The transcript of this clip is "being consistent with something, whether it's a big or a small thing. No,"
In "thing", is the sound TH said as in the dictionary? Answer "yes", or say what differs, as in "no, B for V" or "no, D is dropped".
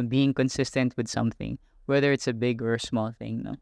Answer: yes